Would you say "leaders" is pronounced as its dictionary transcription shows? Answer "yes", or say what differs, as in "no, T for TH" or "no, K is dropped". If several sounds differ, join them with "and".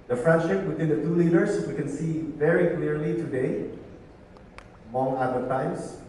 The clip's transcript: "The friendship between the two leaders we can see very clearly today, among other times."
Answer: no, S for Z